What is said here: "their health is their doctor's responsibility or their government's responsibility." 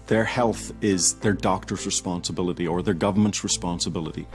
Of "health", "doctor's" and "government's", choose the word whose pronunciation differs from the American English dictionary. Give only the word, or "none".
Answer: none